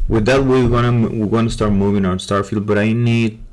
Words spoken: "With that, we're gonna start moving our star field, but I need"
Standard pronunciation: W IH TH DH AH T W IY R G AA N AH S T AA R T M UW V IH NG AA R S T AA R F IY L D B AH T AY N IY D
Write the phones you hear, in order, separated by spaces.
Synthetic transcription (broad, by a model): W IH DH AH T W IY W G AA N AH S T AA R T M UW V IH NG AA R S T AA R F IY L D B AH T AY N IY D